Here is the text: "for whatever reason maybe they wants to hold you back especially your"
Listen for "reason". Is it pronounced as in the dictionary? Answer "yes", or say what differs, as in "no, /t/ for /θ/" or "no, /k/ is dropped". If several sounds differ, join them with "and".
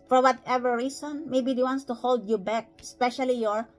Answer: no, /s/ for /z/